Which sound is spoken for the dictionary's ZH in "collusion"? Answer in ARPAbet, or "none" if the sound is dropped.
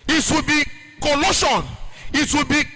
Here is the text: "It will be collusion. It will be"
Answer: SH